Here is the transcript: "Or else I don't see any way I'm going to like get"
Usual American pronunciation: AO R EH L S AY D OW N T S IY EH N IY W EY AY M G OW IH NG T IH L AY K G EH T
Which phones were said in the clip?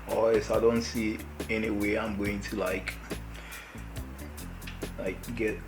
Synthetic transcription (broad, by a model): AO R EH S AY D OW N T S IY EH N IY W EY AY M G OW IH NG T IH L AY K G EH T